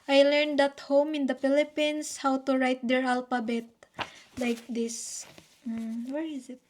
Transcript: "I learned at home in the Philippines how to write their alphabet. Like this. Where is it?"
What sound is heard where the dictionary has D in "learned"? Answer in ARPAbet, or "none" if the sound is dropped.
D